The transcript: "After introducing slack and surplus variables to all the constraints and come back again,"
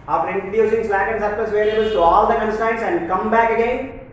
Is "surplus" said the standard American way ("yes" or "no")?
no